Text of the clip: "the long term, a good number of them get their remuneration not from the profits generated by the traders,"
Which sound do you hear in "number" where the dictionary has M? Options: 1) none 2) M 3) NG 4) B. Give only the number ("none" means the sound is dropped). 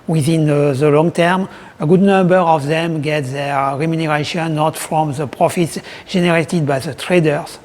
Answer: 2